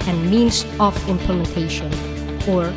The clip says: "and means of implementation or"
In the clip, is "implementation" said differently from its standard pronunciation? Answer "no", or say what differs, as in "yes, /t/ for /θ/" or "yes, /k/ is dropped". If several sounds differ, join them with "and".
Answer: no